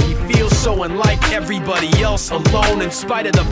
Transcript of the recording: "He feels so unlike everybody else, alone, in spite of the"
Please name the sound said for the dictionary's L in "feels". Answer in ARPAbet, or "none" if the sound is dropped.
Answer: L